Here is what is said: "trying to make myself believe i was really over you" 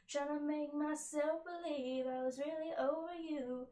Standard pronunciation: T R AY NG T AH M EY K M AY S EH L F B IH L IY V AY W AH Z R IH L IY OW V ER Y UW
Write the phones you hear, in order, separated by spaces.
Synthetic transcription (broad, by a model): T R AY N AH M EY K M AY S EH L F B IH L IY V AY W AH Z R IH L IY OW V ER Y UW